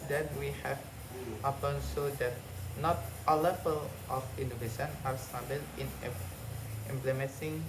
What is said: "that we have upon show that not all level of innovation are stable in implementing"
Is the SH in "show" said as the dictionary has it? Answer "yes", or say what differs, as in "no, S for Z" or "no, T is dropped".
no, S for SH